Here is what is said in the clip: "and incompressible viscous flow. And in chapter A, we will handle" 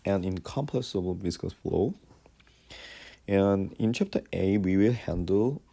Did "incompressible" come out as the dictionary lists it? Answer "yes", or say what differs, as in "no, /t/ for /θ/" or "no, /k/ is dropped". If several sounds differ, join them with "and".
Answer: no, /ɹ/ is dropped